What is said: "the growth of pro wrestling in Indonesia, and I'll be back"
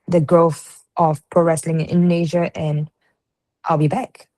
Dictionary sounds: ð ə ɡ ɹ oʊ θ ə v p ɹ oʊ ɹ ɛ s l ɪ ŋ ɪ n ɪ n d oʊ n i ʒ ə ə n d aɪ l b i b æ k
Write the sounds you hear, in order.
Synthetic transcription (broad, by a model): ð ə ɡ ɹ oʊ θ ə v p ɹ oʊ ɹ ɛ s l ɪ ŋ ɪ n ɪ n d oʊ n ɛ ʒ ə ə n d aɪ l b i b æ k